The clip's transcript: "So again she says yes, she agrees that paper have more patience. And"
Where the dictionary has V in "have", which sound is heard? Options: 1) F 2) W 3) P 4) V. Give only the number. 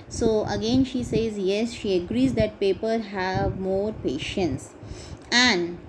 4